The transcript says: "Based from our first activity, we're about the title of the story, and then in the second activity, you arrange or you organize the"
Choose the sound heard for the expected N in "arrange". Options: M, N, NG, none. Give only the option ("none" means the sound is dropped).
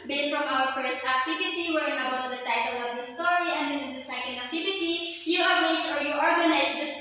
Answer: none